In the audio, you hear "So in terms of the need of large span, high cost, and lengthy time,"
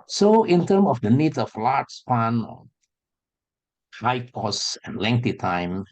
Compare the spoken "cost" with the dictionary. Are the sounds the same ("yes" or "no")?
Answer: no